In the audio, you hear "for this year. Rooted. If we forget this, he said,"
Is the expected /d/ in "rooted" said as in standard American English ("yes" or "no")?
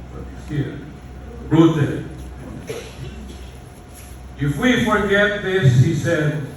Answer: no